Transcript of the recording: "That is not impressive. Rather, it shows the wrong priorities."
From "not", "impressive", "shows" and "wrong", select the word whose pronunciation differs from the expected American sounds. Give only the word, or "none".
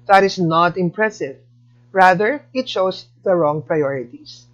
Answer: shows